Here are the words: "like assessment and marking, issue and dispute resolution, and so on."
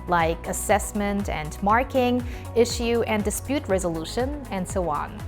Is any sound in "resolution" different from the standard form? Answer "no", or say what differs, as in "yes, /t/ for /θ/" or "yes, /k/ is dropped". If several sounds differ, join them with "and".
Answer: no